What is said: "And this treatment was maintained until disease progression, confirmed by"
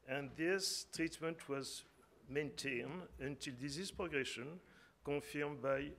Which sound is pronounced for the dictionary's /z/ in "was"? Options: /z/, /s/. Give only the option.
/z/